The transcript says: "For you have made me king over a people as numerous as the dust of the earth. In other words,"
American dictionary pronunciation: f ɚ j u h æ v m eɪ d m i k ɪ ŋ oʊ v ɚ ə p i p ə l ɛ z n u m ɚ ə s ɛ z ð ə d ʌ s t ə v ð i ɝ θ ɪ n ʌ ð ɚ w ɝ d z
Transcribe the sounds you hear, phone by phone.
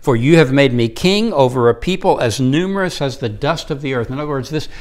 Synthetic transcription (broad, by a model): f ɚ j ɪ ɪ v m eɪ d m i k ɪ ŋ oʊ v ɚ ə p i p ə l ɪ z n u m ɚ ə s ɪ z ð ə d ʌ s t ə v ð i ɝ θ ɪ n ʌ ð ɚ w ɝ d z